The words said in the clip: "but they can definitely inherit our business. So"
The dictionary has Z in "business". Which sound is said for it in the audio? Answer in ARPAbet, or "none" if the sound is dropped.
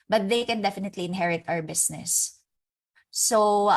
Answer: S